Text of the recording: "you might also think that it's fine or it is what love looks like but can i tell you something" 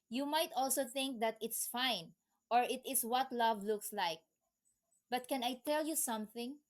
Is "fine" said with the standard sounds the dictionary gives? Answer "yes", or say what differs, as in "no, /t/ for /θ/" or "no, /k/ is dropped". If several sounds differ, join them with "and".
yes